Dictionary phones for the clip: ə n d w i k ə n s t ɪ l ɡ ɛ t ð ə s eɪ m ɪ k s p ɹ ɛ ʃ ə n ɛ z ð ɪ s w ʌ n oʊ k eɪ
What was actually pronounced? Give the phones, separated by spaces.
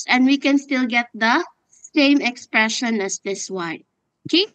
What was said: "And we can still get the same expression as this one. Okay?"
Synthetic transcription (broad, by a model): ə n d w i k ə n s t ɪ l ɡ ɛ t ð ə s eɪ m ɪ k s p ɹ ɛ ʃ ə n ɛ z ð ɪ s w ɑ ɪ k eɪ